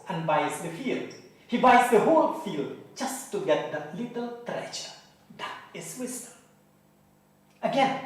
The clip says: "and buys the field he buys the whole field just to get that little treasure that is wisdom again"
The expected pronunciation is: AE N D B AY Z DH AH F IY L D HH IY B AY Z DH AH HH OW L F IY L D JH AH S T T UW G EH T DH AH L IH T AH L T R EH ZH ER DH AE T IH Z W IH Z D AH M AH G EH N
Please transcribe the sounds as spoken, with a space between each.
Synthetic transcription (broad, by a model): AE N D B AY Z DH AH F IY L D HH IY B AY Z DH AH HH OW L F IY L D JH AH S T T UW G EH T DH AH L IH T AH L T R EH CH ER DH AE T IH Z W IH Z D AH AH G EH N